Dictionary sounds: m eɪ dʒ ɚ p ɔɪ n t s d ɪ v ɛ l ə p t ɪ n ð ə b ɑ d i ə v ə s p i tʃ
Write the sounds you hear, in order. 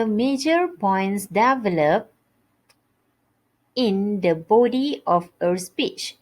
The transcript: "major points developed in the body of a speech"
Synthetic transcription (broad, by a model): m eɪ dʒ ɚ p ɔɪ n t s d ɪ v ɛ l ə p ɪ n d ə b ɑ d i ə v ə s p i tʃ